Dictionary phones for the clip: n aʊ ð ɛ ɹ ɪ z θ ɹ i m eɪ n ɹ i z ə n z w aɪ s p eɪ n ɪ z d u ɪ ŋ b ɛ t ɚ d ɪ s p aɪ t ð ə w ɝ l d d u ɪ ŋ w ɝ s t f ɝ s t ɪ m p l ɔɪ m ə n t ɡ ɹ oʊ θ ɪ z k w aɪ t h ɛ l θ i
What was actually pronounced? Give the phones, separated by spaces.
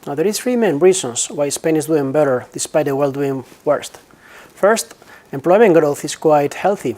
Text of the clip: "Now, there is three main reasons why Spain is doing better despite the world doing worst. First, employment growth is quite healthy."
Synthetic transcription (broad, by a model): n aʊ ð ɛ ɹ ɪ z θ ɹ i m eɪ n ɹ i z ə n s w aɪ s p eɪ n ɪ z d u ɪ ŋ b ɛ t ɚ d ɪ s p aɪ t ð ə w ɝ l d d u ɪ ŋ w ɝ s t f ɝ s t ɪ m p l ɔɪ m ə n ɡ ɹ oʊ θ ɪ s k w aɪ t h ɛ l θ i